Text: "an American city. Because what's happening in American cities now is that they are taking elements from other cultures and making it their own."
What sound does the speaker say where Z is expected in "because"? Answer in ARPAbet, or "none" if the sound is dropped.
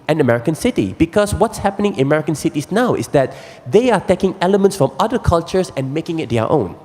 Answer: S